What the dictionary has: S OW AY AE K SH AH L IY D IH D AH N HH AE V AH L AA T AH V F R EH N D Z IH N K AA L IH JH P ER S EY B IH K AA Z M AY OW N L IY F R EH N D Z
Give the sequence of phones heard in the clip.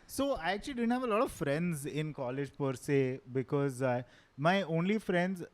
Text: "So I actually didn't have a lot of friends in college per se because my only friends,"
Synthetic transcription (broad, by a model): S OW AY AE K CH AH L IY D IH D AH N HH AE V AH L AA T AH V F R EH N D Z IH N K AA L IH JH P ER S EY B IH K AA Z M AY OW N L IY F R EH N D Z